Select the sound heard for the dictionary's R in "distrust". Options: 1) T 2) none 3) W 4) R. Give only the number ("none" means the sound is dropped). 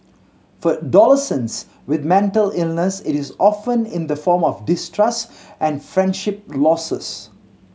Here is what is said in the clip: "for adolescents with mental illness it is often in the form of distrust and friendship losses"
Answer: 4